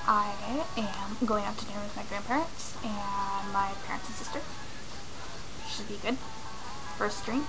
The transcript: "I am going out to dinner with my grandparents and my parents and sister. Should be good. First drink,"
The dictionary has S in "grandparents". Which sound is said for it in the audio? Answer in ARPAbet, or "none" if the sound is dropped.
S